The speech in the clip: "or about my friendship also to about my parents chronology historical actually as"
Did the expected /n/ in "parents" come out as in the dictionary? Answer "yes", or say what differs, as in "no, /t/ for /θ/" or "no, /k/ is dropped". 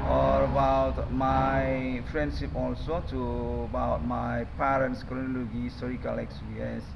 yes